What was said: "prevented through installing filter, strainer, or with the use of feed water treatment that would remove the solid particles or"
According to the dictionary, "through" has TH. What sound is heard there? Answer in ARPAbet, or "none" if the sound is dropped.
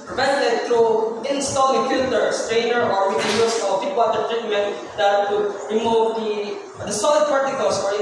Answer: T